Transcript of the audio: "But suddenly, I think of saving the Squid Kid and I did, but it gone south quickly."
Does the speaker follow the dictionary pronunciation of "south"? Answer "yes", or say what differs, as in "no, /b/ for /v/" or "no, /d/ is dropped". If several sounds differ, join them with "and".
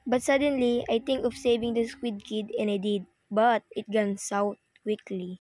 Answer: no, /t/ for /θ/